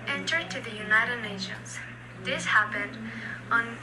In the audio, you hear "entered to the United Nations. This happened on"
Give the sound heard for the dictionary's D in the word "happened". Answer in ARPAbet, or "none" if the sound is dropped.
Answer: D